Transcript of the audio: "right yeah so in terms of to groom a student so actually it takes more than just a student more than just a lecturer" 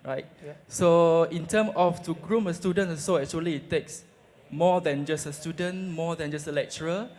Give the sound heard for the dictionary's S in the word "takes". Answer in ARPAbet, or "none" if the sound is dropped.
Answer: S